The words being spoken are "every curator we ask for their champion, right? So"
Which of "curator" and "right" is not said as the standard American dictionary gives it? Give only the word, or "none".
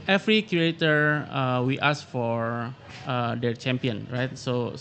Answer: curator